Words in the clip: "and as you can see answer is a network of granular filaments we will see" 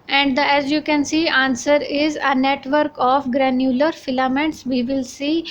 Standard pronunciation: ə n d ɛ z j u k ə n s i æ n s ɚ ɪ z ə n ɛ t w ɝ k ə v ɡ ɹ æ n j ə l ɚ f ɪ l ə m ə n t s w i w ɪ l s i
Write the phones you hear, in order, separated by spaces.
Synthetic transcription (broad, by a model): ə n d ɛ z j u k ə n s i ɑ n s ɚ ɪ z ə n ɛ t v ɝ k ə f ɡ ɹ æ n j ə l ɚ f ɪ l ə m ə n t s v i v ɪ l s i